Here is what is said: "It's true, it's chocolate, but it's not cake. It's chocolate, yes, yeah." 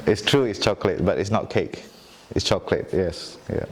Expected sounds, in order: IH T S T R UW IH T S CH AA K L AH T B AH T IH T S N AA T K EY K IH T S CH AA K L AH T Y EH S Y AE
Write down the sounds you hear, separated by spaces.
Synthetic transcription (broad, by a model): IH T S T R UW IH T S CH AA K L AH T B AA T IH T S N AA T K EY K IH T S CH AA K L AH T Y EH S Y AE